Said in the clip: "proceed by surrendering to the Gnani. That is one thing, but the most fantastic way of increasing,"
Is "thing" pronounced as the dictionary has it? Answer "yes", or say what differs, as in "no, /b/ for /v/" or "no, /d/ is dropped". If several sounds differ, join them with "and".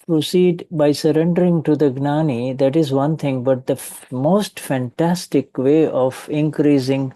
no, /t/ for /θ/